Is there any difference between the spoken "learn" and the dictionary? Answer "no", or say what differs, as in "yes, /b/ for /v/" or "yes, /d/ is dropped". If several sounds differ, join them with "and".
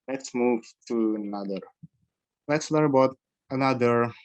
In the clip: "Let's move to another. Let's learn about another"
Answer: yes, /n/ is dropped